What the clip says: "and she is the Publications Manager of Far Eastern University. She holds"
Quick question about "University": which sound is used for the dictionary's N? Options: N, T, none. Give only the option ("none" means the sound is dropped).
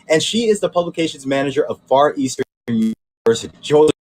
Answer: none